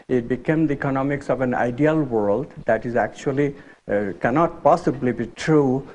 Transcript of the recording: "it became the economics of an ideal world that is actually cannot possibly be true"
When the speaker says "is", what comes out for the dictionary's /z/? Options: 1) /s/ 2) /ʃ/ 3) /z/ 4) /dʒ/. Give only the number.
3